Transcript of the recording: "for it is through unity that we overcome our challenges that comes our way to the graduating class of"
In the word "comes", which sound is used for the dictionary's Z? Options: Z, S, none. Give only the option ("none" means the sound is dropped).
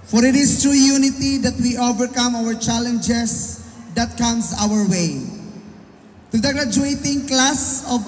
S